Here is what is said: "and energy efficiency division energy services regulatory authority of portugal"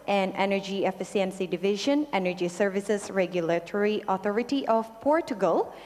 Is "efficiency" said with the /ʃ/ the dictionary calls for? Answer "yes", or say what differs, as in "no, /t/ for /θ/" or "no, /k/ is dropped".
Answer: no, /s/ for /ʃ/